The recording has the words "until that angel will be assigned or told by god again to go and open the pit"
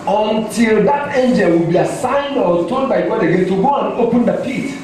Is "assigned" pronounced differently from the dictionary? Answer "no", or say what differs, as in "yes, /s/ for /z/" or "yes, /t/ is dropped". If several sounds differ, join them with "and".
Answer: no